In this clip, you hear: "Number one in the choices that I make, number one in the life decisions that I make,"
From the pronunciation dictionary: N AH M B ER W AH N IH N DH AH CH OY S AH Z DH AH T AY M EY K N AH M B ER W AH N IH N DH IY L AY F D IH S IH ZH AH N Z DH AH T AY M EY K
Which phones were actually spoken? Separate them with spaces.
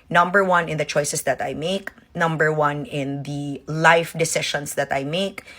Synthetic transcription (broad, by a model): N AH M B ER W AH N IH N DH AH CH OY S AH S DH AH T AY M EY K N AH M B ER W AH N IH N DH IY L AY F D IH S IH SH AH N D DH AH T AY M EY K